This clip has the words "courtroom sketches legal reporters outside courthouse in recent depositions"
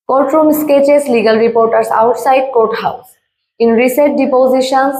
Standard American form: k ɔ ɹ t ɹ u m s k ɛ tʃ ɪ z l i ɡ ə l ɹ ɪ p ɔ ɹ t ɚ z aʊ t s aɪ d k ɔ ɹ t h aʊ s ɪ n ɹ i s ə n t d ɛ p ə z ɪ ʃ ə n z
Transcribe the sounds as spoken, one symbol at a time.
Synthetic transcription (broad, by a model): k ɔ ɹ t ɹ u m s k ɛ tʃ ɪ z l i ɡ ə l ɹ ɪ p ɔ ɹ t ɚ s aʊ t s aɪ d k ɔ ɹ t h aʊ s ɪ n ɹ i s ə t d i p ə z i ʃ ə n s